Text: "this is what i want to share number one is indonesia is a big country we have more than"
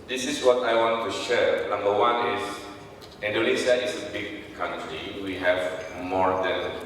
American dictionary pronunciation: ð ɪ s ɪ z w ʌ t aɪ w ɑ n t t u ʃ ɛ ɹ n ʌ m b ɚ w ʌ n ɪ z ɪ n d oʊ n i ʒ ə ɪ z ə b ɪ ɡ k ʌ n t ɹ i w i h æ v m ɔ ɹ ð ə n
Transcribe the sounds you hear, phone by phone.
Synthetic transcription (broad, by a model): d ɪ s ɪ s w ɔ t aɪ w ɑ n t t u ʃ ɛ ɹ n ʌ m b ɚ w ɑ n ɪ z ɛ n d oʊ l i s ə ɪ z ə b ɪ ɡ k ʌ n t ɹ i w i h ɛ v m ɔ ɹ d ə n